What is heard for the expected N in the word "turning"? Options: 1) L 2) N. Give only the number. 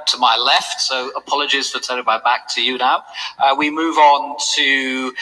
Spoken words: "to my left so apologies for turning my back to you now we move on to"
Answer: 1